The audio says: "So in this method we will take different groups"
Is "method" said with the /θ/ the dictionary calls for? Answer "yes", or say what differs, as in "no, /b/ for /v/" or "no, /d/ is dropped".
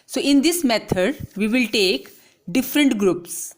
no, /t/ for /θ/